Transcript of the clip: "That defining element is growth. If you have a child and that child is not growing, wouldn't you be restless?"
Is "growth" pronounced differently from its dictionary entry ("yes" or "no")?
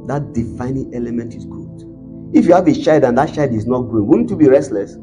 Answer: yes